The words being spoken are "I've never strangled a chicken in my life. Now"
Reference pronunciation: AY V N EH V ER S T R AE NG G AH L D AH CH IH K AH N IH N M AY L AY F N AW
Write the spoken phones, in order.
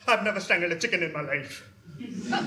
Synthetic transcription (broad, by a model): AY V N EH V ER S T AE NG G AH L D AH CH IH K AH N IH N M AY L AY F